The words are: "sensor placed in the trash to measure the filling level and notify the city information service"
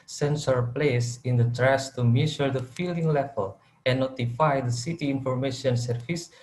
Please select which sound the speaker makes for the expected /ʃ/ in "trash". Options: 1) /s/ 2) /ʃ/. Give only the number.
1